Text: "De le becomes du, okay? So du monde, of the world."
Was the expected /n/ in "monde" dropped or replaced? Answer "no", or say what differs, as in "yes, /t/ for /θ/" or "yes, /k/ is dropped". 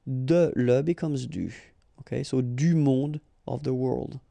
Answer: yes, /n/ is dropped